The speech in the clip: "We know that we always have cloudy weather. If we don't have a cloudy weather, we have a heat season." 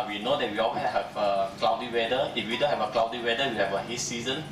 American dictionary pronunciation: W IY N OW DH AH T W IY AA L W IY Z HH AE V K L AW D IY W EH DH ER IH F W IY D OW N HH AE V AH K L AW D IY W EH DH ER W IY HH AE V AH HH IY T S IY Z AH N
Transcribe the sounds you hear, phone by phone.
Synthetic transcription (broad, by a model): W IY N OW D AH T W IY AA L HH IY HH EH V K L AW D IY W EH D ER IH F W IY D OW N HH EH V AH K L AW D IY W EH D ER W IY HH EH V AH HH IY T S IY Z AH N